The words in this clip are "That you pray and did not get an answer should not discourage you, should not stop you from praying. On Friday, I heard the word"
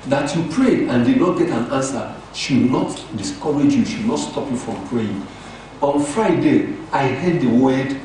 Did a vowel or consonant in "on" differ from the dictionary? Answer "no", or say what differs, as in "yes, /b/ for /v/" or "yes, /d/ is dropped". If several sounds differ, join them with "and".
no